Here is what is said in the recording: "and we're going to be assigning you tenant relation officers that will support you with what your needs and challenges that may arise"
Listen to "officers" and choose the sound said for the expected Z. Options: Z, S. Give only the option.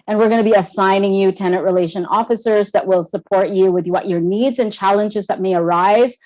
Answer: Z